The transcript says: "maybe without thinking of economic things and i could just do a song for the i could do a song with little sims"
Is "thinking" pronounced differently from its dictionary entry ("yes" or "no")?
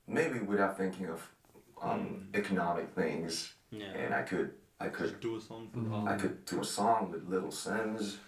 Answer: no